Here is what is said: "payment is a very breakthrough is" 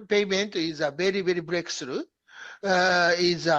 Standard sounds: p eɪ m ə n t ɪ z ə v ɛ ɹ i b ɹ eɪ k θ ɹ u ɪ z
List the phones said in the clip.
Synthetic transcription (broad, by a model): p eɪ m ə n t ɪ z ə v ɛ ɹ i b ɹ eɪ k s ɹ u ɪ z